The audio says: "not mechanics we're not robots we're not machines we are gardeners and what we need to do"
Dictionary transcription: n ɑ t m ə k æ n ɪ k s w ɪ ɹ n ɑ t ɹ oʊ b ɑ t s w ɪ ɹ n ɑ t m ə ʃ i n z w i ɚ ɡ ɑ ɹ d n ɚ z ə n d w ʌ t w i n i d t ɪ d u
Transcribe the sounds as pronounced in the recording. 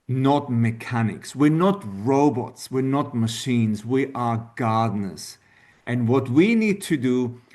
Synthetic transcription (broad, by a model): n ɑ t m ə k æ n ɪ k s w ɪ ɹ n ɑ t ɹ oʊ b ɑ t s w ɪ ɹ n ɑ t m ə ʃ i n z w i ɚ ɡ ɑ ɹ d n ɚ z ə n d w ʌ t w i n i d t ɪ d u